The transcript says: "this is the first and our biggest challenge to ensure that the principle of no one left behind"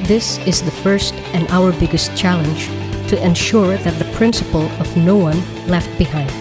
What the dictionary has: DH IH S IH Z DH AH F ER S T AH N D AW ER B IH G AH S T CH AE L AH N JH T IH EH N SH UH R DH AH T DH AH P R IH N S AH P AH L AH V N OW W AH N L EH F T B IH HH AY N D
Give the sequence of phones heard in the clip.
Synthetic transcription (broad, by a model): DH IH S IH Z DH AH F ER S T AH N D AW ER B IH G AH S T CH AE L AH N JH T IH EH N SH UH R DH AH T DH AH P R IH N S AH P AH L AH V N OW W AH N L EH F T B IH HH AY N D